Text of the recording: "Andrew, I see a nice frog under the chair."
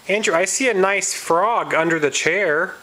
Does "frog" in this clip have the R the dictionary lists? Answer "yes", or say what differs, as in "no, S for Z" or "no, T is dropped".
yes